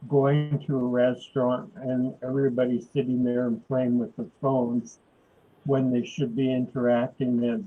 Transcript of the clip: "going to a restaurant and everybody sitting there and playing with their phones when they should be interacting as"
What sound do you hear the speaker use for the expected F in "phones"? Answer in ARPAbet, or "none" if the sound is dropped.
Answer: F